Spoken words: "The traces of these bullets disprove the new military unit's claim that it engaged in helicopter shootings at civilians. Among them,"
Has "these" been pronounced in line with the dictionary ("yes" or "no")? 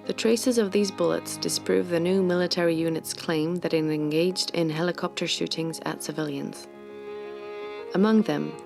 yes